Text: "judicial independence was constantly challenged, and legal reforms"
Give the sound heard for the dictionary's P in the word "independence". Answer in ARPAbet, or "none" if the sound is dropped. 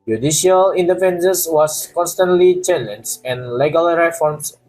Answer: F